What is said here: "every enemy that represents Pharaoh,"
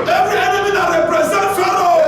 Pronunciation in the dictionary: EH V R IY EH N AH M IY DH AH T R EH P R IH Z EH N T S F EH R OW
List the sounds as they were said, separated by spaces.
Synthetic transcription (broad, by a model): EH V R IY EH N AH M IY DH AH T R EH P R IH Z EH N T F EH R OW